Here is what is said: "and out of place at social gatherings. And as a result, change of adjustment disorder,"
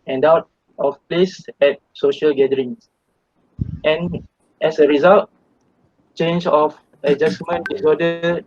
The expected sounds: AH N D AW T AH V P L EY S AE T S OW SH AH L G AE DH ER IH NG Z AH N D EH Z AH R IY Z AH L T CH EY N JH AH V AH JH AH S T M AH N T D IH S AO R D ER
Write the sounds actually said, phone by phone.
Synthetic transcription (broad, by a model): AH N D AW T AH F P L EY S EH T S OW SH AH L G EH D ER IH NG S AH N EH S AH R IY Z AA L T CH EY N JH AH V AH JH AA S M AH N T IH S AO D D